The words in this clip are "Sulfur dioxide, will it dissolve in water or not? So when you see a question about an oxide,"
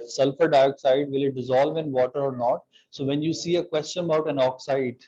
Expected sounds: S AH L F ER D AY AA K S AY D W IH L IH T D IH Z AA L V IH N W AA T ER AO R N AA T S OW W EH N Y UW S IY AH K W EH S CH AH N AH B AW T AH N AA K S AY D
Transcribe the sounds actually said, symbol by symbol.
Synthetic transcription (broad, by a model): S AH L F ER D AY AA K S AY D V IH L IH T D IH Z AA L V IH N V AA T ER AO R N AA T S OW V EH N Y UW S IY AH K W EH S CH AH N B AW T AH N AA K S AY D